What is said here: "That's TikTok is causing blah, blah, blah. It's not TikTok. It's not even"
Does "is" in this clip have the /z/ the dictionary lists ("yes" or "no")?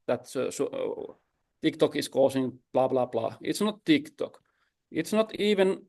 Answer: no